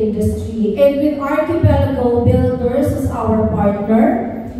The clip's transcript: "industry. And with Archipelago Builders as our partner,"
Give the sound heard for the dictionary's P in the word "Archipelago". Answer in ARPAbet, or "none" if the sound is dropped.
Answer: B